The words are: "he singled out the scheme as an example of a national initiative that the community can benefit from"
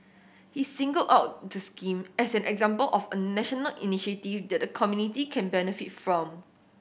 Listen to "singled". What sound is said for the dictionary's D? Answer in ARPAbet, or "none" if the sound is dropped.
none